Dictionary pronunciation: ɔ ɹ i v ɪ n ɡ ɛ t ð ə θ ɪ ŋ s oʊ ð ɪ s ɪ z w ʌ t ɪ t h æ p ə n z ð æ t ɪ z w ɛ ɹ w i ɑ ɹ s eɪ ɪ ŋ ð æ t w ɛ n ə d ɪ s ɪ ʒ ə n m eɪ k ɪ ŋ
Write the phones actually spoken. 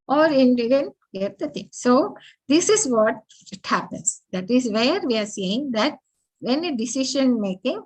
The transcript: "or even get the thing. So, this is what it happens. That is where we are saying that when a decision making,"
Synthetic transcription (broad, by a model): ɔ ɹ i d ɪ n ɡ ɛ t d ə t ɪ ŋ s oʊ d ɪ s ɪ z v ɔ t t h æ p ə n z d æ t ɪ z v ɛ ɹ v i ɑ ɹ s eɪ ɪ ŋ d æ t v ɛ n ə d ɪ s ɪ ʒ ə n m eɪ k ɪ ŋ